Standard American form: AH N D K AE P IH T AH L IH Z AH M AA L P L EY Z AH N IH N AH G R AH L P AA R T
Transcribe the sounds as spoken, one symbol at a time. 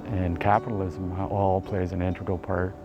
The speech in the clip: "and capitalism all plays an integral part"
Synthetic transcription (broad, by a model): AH N K AE P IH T L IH Z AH M AA L P L EY Z AH N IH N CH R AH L P AA R T